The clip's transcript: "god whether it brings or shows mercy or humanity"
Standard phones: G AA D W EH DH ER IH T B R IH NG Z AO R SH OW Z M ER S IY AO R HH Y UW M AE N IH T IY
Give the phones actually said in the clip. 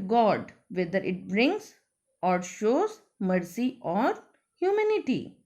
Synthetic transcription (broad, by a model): G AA D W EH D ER IH T B R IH NG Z AO R SH OW Z M ER S IY AO R HH Y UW M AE N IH T IY